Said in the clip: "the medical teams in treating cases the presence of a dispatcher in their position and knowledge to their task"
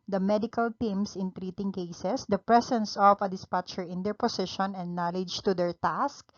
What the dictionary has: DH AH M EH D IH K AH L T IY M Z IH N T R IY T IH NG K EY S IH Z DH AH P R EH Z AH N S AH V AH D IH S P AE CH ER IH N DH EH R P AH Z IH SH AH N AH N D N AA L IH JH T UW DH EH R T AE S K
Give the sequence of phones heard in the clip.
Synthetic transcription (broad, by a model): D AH M EH D IH K AH L T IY M S IH N T R IY T IH NG K EY S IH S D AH P R EH S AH N S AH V AH D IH S P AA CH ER IH N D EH R P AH S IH SH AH N AH N D N AA L IH JH T UW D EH R T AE S K